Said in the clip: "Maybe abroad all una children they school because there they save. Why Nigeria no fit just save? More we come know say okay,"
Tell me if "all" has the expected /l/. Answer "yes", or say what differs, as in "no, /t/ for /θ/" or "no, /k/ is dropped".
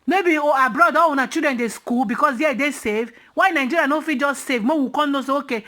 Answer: no, /w/ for /l/